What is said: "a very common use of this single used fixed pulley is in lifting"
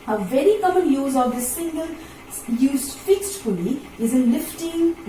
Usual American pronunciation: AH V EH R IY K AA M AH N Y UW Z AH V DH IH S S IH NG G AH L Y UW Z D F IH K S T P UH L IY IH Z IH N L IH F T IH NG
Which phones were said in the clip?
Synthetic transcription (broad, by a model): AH V EH R IY K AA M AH N Y UW Z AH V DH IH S S IH NG G AH L Y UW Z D F IH K S T F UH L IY IH Z IH N L IH F T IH NG